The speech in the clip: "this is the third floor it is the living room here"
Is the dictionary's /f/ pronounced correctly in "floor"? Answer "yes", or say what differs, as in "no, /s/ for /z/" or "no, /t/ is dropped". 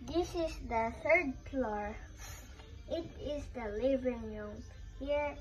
no, /p/ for /f/